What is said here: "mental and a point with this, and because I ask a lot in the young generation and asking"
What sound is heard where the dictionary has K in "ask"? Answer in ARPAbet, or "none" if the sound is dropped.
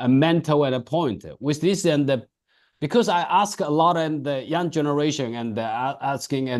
K